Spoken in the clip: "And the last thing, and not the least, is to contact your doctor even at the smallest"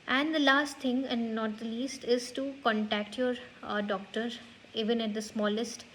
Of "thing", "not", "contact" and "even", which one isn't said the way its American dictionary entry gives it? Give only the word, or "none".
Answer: thing